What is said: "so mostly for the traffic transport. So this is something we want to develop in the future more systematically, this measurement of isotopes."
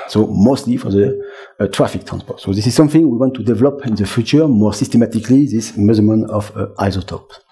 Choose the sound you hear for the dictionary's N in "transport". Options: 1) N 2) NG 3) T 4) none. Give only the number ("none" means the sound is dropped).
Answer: 1